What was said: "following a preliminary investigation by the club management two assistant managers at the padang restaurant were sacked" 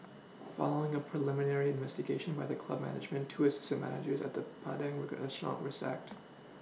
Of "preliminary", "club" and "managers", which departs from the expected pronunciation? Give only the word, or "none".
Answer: none